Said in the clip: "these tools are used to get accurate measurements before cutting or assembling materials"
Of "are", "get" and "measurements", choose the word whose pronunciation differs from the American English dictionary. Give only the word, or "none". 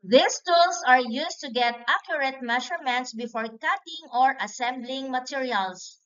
measurements